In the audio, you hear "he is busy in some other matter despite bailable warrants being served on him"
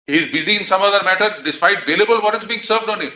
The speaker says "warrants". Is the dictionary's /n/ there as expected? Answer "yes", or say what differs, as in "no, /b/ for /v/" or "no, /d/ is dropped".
no, /n/ is dropped